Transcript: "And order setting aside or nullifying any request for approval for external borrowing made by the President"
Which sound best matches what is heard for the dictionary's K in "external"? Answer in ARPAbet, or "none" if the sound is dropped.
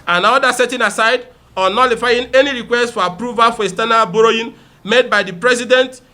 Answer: none